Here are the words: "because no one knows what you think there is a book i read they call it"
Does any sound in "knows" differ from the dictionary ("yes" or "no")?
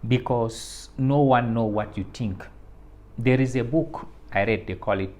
yes